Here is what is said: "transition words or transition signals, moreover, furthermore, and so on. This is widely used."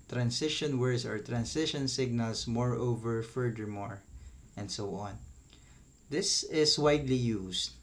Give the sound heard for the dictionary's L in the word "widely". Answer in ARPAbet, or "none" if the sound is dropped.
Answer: L